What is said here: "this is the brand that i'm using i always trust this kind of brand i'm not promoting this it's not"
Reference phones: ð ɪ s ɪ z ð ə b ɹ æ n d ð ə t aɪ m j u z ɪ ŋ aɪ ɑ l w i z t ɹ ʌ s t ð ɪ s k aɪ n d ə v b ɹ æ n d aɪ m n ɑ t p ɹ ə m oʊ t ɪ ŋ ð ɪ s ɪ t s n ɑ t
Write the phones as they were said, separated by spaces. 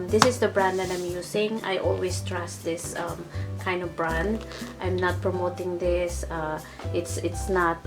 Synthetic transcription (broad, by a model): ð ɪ s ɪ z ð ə b ɹ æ n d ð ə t aɪ m j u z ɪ ŋ aɪ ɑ l w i s t ɹ ʌ s t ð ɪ s k aɪ n d ə v b ɹ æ n d aɪ m n ɑ t p ɹ ə m oʊ t ɪ ŋ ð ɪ s ɪ t s n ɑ t